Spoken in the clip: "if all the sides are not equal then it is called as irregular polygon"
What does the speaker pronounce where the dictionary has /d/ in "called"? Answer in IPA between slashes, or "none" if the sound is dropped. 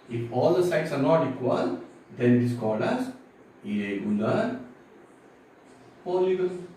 /d/